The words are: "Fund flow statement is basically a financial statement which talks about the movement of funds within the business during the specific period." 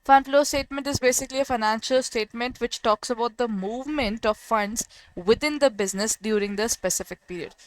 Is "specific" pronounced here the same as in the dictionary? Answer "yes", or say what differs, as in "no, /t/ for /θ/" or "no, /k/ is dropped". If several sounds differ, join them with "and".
yes